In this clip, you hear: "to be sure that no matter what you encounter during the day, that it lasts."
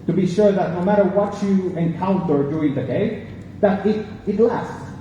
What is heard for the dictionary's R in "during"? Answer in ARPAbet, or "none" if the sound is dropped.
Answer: none